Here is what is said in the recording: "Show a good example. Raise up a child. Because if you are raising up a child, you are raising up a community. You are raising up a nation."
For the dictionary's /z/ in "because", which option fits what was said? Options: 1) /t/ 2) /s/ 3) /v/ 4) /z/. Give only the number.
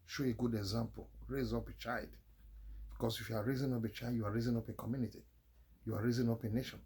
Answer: 2